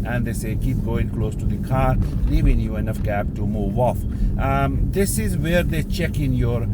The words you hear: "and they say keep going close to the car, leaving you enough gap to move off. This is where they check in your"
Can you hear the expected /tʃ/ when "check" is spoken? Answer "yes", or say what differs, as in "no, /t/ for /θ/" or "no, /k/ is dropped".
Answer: yes